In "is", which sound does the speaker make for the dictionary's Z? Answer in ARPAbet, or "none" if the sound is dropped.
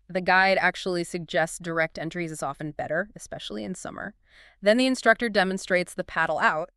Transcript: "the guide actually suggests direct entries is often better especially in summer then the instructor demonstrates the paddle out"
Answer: Z